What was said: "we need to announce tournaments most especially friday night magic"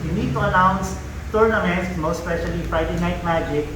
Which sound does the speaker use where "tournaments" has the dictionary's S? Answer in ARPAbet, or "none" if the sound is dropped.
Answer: none